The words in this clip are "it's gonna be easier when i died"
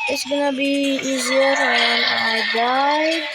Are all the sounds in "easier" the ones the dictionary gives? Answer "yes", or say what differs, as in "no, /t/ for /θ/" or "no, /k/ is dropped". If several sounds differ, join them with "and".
yes